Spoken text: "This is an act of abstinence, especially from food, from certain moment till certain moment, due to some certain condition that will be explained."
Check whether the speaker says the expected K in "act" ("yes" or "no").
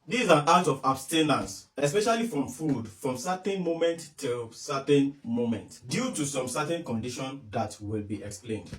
no